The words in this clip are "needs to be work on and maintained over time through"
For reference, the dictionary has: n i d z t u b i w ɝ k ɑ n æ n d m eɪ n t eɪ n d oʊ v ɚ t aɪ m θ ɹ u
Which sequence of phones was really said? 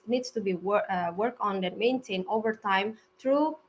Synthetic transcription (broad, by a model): n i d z t u b i w ɝ k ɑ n n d m eɪ n t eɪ n oʊ v ɚ t aɪ m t ɹ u